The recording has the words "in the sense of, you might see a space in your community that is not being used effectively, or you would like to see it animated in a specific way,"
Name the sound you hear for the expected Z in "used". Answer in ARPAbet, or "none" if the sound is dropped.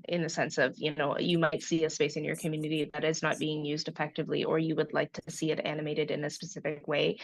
Z